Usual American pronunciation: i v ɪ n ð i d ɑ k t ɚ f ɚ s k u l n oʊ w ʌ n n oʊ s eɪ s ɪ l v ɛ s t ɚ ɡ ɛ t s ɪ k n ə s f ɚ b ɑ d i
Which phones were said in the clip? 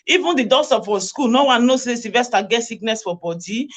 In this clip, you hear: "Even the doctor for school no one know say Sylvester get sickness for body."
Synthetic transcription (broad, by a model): i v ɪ n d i d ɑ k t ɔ f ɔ s k u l n oʊ w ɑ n n oʊ s eɪ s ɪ v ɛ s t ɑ ɡ ɛ t s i k n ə s f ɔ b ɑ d i